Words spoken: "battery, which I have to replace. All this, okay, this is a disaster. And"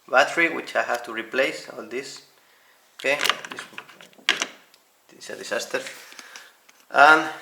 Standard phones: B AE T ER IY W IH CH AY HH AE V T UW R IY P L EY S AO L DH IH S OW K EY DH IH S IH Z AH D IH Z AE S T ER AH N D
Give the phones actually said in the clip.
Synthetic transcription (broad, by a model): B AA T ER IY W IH CH AY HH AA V T UW R IY P L EY S AO L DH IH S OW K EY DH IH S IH S AH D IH S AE S T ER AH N